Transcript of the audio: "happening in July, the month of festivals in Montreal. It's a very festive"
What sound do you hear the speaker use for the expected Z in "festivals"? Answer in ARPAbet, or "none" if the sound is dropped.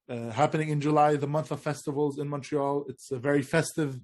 Z